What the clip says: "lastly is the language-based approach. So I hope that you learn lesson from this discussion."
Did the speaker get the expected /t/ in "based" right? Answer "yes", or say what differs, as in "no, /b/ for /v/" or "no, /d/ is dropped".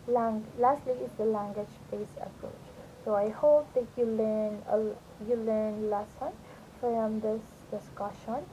no, /t/ is dropped